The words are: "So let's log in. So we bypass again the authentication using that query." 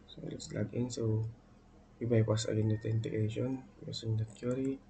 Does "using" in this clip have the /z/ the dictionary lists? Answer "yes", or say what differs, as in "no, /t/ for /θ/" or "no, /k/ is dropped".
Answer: no, /s/ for /z/